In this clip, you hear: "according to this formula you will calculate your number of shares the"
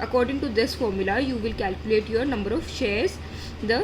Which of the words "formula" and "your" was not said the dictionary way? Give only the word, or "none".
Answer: none